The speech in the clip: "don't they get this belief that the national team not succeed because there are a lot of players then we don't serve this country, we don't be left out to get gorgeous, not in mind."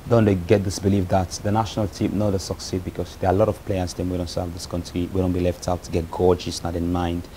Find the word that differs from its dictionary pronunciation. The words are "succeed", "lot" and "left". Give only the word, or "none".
none